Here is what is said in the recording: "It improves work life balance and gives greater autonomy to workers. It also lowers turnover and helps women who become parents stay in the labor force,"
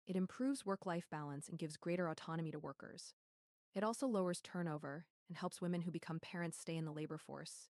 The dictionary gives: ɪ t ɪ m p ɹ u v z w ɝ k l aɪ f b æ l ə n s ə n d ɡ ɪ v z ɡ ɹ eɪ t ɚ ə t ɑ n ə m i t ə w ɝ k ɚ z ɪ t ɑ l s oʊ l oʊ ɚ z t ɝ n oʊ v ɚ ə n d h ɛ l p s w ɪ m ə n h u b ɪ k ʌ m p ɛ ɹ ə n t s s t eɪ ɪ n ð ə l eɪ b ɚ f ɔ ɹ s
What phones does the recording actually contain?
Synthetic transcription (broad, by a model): ɪ t ɪ m p ɹ u v z w ɝ k l aɪ f b æ l ə n s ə n ɡ ɪ v z ɡ ɹ eɪ t ɚ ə t ɑ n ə m i t ə w ɝ k ɚ z ɪ t ɑ l s oʊ l oʊ ɚ z t ɝ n oʊ v ɚ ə n h ɛ l p s w ɪ m ə n h u b ɪ k ʌ m p ɛ ɹ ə n t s s t eɪ ɪ n ð ə l eɪ b ɚ f ɔ ɹ s